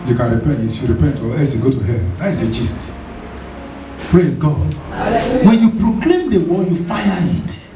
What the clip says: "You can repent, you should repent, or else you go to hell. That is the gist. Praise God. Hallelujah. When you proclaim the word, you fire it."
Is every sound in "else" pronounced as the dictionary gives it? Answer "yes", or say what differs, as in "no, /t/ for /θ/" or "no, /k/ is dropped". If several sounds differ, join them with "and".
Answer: no, /l/ is dropped